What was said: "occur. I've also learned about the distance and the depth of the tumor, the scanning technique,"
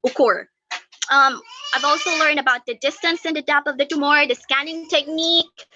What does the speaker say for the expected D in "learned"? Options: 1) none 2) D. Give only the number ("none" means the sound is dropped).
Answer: 2